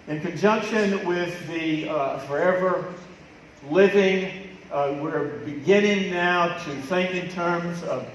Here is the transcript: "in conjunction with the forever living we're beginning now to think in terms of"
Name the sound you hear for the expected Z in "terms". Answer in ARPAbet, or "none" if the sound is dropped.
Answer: Z